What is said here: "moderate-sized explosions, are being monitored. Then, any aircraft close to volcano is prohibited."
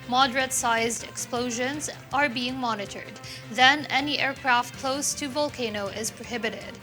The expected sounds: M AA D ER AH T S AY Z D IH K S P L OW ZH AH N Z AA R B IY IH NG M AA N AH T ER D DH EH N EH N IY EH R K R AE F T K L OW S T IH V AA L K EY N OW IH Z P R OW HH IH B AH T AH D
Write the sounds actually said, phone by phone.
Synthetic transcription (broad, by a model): M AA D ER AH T S AY Z D IH K S P L OW ZH AH N Z AA R B IY IH NG M AA N AH T ER D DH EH N EH N IY EH R K R AE F T K L OW S T IH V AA L K EY N OW IH Z P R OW HH IH B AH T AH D